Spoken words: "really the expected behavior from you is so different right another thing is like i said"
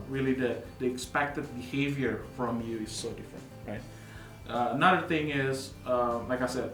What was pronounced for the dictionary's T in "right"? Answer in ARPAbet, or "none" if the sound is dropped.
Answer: T